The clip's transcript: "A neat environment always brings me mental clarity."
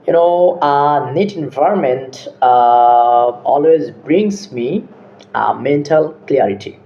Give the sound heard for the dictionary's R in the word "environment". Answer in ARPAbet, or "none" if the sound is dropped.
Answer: R